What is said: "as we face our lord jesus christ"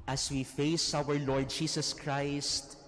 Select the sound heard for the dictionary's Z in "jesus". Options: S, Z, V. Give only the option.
S